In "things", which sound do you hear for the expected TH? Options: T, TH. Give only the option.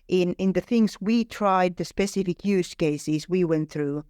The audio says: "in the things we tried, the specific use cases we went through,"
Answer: TH